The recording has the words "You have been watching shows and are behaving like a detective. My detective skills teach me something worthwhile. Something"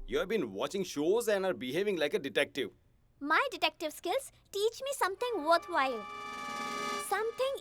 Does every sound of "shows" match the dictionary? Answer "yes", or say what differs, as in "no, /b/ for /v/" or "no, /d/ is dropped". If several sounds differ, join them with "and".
yes